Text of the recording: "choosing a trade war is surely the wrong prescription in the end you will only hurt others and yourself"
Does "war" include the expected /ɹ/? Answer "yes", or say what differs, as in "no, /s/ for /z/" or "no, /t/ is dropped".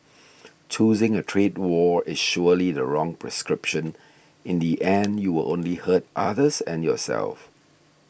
yes